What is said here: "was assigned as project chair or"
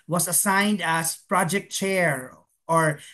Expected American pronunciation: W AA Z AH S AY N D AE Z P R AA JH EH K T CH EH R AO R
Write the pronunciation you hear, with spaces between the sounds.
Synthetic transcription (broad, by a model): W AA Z AH S AY N D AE S P R AA JH EH K T CH EH R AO R